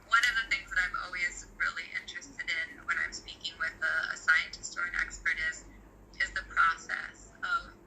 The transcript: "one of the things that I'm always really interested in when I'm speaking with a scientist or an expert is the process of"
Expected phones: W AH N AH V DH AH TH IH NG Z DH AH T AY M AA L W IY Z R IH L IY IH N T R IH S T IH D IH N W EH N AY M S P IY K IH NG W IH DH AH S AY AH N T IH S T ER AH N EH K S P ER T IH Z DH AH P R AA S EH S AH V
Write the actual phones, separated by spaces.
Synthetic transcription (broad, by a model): W AH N AH V DH AH TH IH NG Z DH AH T AY M AA L W IY Z R IH L IY IH N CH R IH S T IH D IH N W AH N AY M S P IY K IH NG W IH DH AH S AY AH N T IH S T ER AH N EH K S P ER T IH Z DH AH P R AA S EH S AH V